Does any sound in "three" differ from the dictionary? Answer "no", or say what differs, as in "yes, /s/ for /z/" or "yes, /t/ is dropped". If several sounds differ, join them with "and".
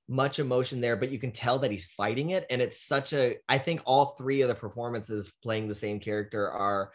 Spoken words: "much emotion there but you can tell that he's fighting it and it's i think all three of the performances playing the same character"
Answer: no